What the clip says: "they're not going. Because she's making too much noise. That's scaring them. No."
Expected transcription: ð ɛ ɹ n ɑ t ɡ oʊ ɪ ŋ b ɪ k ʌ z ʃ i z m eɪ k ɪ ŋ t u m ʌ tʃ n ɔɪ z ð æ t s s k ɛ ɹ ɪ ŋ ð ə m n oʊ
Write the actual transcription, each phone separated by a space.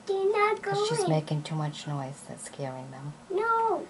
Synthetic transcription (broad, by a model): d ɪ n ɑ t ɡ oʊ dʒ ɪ ʌ m eɪ k ɪ ŋ t u m ʌ tʃ n ɔɪ z ð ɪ t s s k ɛ ɹ ɪ ŋ ð ə m n oʊ